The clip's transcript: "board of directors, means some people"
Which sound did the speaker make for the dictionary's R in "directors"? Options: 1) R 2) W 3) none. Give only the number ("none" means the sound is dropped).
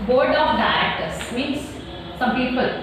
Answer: 3